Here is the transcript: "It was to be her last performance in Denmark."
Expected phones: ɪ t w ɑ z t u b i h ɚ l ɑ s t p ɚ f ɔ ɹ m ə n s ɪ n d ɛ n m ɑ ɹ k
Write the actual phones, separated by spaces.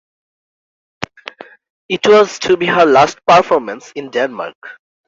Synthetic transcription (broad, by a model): ɪ t w ɑ z t u b i h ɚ l ɑ s t p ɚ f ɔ ɹ m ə n s ɪ n d ɛ n m ɑ ɹ k